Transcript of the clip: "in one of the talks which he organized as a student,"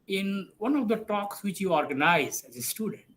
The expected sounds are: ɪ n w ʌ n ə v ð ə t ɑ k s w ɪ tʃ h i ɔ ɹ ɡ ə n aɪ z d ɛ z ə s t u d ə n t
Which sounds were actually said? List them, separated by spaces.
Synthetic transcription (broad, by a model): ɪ n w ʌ n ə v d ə t ɑ k s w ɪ tʃ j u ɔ ɹ ɡ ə n aɪ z ɛ z ə s t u d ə n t